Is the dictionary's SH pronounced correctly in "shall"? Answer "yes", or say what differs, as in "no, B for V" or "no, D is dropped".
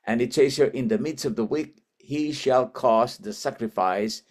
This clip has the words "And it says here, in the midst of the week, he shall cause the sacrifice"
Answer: yes